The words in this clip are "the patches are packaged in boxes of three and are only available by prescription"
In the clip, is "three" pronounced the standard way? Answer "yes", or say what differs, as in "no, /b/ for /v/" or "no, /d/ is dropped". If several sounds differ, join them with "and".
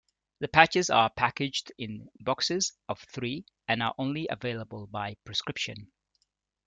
yes